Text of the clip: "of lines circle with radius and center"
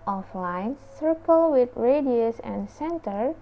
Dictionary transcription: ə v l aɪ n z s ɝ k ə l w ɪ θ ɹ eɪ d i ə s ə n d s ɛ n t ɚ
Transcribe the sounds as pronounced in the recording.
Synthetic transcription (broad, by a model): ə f l aɪ n s ɝ k ə l w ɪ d ɹ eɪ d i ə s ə n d s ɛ n t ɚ